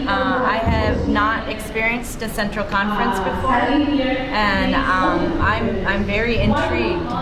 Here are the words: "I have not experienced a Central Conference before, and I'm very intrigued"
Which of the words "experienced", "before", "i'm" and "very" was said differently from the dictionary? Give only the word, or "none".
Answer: none